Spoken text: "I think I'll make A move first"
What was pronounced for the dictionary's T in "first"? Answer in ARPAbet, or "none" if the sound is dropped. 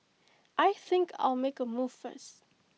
none